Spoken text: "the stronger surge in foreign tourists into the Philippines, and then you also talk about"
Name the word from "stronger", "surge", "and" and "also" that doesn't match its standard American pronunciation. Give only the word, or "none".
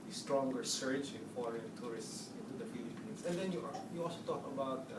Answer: surge